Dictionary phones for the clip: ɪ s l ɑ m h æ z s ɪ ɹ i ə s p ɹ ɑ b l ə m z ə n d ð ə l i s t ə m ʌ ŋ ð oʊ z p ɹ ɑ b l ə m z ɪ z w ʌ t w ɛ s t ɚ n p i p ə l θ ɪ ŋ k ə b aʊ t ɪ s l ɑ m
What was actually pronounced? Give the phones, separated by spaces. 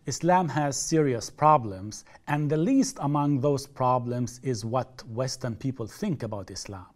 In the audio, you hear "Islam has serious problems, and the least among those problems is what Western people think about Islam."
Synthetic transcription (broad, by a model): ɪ s l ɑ m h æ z s ɪ ɹ i ə s p ɹ ɑ b l ə m z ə n ð ə l i s t ə m ʌ ŋ ð oʊ z p ɹ ɑ b l ə m z ɪ z w ʌ t w ɛ s t ɚ n p i p ə l θ ɪ ŋ k ə b aʊ t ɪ s l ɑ m